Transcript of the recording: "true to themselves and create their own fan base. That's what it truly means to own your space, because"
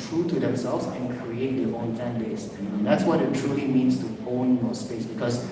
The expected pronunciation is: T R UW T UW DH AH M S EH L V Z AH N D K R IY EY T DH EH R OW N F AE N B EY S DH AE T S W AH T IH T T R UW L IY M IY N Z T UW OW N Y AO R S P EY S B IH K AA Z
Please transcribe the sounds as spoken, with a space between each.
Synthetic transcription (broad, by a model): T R UW T UW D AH M S EH L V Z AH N K R IY EY T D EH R OW N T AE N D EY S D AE T S W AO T IH T T R UW L IY M IY N S T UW OW N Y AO S P EY S B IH K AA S